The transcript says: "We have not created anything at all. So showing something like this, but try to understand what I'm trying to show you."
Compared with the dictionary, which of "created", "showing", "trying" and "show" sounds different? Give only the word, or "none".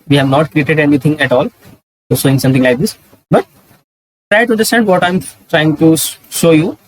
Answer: showing